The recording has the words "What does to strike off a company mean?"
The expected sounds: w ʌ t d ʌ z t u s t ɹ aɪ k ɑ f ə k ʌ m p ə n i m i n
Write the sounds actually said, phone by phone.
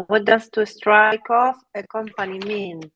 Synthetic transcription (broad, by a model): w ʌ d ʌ s t u s t ɹ aɪ k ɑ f ə k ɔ m p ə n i m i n